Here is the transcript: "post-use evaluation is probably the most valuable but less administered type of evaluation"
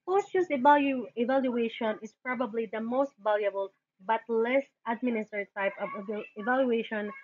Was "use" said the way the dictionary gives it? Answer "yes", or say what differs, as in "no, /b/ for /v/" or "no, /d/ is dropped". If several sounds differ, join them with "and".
no, /s/ is dropped